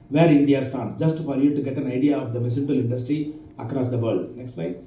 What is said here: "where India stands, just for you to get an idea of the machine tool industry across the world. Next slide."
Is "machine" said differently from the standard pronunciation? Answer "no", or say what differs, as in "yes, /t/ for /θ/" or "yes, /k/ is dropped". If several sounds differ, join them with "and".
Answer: yes, /s/ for /ʃ/